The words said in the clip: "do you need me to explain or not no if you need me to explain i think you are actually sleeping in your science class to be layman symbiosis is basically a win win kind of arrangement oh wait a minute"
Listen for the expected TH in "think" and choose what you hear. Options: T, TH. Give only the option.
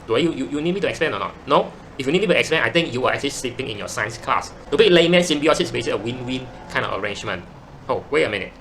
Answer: T